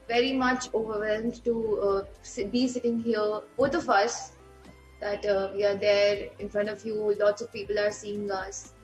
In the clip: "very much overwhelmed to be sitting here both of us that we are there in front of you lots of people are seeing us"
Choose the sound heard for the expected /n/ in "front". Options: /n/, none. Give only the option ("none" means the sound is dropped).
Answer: /n/